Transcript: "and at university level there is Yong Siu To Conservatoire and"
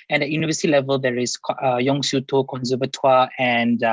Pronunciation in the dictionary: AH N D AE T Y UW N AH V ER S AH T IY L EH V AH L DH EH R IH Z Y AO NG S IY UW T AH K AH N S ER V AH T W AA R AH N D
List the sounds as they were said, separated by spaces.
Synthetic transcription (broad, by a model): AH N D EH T Y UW N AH V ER S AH T IY L EH V AH L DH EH R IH S Y AO NG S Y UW T AH K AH N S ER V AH T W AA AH N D